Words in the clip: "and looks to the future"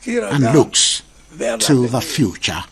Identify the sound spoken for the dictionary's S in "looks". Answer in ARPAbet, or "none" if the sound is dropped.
S